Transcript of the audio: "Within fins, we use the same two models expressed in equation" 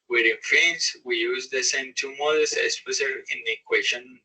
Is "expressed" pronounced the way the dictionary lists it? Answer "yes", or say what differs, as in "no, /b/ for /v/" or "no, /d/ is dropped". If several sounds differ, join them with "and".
no, /k/ is dropped and /ɹ/ is dropped